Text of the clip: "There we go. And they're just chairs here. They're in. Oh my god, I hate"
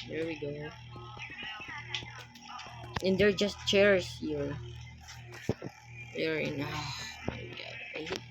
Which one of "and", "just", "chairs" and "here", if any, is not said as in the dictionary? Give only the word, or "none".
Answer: chairs